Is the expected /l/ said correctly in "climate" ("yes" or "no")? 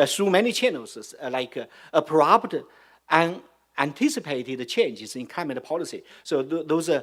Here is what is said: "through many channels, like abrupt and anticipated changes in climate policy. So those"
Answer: no